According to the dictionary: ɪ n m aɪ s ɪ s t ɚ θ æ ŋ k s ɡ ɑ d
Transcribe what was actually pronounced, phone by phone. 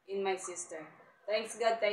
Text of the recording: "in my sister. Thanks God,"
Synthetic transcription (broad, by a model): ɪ n m aɪ s ɪ s t ɚ t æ ŋ k s ɡ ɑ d